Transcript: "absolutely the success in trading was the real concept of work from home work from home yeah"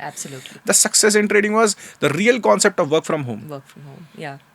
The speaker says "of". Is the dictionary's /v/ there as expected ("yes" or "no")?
yes